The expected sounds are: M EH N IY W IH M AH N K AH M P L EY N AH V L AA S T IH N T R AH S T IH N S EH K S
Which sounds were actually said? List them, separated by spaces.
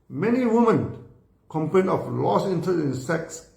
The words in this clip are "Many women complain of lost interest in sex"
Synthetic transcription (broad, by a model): M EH N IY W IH M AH N K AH M P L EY N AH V L AA S IH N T AH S IH N S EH K S